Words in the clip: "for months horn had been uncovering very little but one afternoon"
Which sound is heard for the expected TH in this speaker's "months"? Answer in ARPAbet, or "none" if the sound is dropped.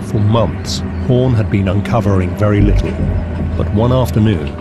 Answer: TH